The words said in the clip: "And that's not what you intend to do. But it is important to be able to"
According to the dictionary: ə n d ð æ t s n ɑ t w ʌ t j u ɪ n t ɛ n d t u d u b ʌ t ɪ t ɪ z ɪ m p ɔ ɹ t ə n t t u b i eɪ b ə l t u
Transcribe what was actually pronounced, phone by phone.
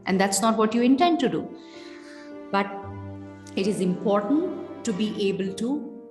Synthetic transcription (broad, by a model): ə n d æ t s n ɑ t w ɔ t j u ɪ n t ɛ n d t u d u b ʌ t ɪ t ɪ z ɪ m p ɔ ɹ t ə n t t u b i eɪ b ə l t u